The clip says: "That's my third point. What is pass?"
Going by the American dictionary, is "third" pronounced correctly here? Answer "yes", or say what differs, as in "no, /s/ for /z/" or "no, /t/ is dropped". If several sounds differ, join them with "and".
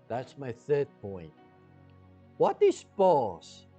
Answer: yes